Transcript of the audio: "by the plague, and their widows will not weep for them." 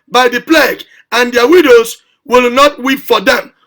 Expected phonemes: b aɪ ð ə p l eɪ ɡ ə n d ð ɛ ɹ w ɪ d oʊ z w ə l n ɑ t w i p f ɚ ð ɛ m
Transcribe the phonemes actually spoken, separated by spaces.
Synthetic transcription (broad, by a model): b aɪ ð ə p l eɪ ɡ ə n d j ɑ w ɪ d oʊ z w ə l n ɑ t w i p f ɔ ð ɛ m